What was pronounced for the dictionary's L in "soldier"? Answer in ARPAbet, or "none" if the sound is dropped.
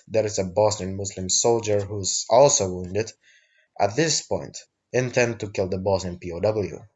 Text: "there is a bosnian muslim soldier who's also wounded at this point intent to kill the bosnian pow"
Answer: L